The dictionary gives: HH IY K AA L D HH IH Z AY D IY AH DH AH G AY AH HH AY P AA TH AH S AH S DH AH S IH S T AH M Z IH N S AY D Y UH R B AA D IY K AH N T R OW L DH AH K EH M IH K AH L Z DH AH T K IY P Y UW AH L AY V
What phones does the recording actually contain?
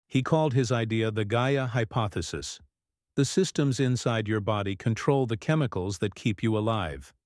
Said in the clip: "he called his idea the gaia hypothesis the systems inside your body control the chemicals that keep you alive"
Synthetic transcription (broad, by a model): HH IY K AA L D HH IH Z AY D IY AH DH AH G AY AH HH AY P AA TH AH S AH S DH AH S IH S T AH M Z IH N S AY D Y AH R B AA D IY K AH N T R OW L DH AH K EH M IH K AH L Z DH AH T K IY P Y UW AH L AY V